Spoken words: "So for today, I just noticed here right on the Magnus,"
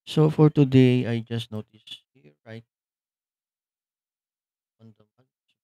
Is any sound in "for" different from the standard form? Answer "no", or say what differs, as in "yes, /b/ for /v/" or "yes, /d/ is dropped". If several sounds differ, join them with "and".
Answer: no